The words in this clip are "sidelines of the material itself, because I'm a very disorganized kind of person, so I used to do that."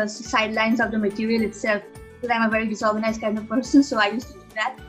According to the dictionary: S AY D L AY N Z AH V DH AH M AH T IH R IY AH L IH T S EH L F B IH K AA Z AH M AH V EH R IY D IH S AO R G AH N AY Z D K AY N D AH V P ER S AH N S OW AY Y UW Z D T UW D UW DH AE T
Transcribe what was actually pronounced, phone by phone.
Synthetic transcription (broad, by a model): S AY D L AY N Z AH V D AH M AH T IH R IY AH L IH T S EH L F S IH AA AH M AH V EH R IY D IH S AO R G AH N AY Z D K AY N D AH V P ER S AH N S OW AY Y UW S T UW D UW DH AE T